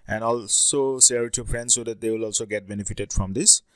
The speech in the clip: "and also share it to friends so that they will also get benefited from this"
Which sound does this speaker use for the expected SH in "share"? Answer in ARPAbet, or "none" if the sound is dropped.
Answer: S